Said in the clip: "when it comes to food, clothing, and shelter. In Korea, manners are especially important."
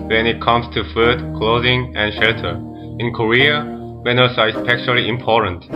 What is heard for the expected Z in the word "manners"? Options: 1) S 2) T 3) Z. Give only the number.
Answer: 1